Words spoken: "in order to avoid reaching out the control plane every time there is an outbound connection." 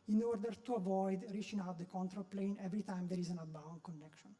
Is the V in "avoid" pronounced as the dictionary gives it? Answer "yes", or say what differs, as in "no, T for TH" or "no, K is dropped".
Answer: yes